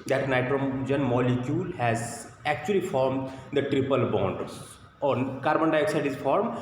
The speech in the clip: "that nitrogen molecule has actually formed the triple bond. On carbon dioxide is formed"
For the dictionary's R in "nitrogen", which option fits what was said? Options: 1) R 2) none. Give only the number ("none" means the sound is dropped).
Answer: 1